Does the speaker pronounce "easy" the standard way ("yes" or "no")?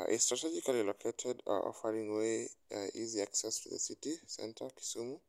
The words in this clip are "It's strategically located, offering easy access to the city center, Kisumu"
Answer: yes